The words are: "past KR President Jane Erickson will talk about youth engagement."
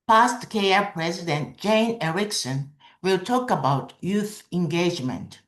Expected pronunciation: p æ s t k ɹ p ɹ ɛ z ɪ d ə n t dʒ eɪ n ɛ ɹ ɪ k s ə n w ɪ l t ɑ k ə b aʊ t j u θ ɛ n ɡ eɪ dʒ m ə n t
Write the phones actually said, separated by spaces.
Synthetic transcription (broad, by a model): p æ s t k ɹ p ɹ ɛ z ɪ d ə n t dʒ eɪ n ɛ ɹ ɪ k s ə n w ɪ l t ɑ k ə b aʊ t j u θ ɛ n ɡ eɪ dʒ m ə n t